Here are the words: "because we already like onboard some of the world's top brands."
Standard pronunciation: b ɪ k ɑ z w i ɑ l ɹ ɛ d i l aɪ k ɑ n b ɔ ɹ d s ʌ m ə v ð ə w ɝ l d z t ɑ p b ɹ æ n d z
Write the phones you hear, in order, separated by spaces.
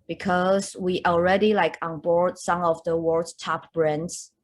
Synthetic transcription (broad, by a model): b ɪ k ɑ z w i ɑ l ɹ ɛ d i l aɪ k ɑ n b ɔ ɹ d s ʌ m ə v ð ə w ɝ d t ɑ p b ɹ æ n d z